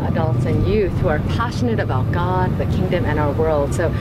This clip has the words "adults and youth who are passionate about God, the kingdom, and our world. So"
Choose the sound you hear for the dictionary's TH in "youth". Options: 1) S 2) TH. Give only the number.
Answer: 2